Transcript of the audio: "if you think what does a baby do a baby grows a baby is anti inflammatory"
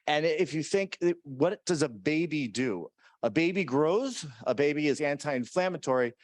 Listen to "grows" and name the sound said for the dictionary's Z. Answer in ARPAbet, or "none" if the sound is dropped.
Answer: Z